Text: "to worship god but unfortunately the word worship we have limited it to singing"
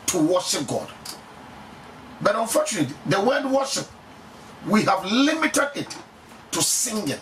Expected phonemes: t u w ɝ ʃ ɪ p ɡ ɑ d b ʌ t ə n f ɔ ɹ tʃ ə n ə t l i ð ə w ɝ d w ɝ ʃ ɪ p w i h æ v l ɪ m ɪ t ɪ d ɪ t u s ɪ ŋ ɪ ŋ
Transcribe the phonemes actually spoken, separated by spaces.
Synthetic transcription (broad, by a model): t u w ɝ ʃ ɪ p ɡ ɑ d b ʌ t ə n f ɔ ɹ tʃ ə n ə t i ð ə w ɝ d w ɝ ʃ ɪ p w i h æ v l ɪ m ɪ t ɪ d ɪ t u s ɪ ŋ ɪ